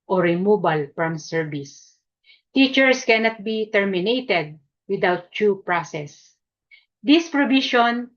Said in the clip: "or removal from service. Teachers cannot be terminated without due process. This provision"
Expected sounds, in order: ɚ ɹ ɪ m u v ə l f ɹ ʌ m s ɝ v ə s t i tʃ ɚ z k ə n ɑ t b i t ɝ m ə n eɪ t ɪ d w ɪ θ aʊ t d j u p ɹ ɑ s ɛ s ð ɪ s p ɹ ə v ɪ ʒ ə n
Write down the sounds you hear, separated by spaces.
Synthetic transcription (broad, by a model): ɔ ɹ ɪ m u b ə l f ɹ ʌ m s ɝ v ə s t i tʃ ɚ s k ə n ɑ t b i t ɝ m ə n eɪ t ɪ d w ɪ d aʊ t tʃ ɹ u p ɹ ɑ s ɛ s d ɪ s p ɹ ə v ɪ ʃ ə n